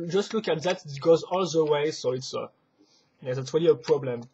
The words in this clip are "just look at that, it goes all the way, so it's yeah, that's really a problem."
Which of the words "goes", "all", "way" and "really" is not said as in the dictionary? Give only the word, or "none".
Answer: none